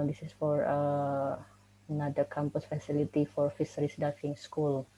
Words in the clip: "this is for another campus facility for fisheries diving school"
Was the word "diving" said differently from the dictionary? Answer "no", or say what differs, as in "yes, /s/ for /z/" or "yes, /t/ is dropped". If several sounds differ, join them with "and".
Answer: yes, /f/ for /v/